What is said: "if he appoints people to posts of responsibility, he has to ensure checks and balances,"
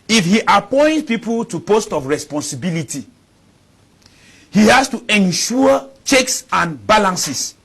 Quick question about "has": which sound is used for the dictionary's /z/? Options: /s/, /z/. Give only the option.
/s/